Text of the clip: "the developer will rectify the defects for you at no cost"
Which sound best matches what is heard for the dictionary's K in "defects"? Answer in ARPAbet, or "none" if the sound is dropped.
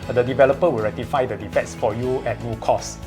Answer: none